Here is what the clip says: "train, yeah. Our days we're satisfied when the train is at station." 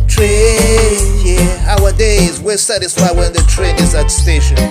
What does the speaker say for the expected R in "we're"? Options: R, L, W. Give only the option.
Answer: L